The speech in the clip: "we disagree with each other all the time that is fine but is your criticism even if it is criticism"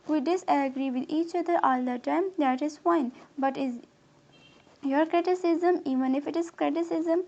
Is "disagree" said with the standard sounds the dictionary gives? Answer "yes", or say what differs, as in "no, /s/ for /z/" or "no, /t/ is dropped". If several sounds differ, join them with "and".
yes